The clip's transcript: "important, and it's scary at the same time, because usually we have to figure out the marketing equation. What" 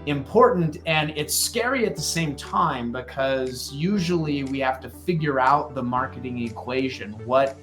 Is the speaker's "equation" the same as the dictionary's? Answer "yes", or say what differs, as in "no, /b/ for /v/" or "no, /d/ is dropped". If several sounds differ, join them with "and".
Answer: yes